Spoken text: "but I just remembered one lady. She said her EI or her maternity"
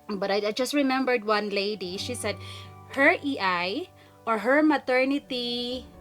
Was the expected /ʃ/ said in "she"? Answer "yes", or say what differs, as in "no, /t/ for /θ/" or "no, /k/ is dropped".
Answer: yes